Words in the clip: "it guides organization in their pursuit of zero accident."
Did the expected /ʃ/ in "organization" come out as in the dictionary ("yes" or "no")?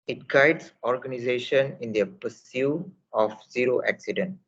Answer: yes